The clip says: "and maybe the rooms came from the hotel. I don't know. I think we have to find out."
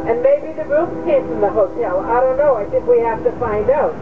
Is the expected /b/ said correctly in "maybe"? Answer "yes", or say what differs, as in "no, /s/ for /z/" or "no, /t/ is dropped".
yes